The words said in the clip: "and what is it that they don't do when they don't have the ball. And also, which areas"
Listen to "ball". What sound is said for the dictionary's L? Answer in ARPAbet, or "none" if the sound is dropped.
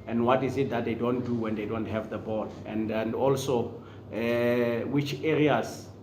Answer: N